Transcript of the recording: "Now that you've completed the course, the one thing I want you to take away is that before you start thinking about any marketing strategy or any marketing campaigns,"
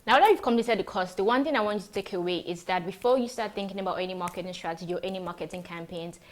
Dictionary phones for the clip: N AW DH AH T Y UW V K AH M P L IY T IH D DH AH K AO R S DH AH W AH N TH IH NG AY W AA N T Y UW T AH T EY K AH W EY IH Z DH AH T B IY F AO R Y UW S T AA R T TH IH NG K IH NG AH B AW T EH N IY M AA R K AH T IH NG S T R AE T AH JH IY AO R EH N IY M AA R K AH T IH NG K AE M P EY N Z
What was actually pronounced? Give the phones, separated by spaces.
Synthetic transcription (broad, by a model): N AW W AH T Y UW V K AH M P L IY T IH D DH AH K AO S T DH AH W AH N TH IH NG AY W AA N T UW T AH T EY K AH W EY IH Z DH AH T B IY F AO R Y UW S T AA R T TH IH NG K IH NG AH B AW T EH N IY M AA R K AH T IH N S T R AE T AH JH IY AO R EH N IY M AA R K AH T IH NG K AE M P EY N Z